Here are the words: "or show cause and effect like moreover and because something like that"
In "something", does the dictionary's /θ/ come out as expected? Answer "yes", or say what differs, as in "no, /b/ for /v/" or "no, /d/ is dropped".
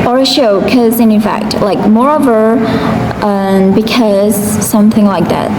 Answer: yes